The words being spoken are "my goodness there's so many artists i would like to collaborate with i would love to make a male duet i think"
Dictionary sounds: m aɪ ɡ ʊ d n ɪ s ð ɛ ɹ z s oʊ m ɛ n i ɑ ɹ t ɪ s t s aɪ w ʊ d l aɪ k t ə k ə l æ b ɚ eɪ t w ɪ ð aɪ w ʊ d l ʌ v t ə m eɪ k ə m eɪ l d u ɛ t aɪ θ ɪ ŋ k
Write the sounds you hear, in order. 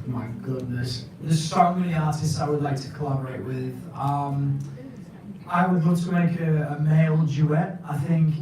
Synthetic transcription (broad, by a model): m aɪ ɡ ʊ d n ɪ s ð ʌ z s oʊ m ɛ n i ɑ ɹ t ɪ s t s aɪ w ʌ d l aɪ k t ə k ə l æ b ɚ eɪ t w ɪ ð aɪ w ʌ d w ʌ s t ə m eɪ k ə m eɪ l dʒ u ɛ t aɪ θ ɪ ŋ k